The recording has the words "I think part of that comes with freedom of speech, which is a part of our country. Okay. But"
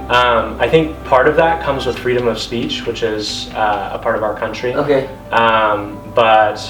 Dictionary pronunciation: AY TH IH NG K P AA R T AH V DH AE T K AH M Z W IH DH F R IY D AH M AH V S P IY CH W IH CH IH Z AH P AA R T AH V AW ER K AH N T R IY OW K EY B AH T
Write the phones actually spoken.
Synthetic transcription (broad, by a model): AY TH IH NG K P AA R T AH V DH AE T K AH M Z W IH DH F R IY D AH M AH V S P IY CH W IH CH IH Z AH P AA R T AH V AW ER K AH N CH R IY OW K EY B AH T